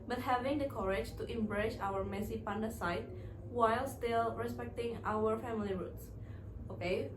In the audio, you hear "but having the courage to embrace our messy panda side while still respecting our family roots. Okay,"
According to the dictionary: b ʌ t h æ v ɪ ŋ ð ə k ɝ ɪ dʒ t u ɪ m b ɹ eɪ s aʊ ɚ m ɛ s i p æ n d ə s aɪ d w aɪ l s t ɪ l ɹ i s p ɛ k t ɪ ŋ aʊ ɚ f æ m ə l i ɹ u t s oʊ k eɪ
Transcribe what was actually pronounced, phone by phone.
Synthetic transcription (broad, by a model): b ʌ t h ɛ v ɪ ŋ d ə k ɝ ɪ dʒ t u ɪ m b ɹ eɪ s aʊ ɚ m ɛ s i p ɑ n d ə s aɪ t w aɪ l s t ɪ l ɹ i s p ɛ k t ɪ ŋ aʊ ɚ f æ m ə l i ɹ u t s oʊ k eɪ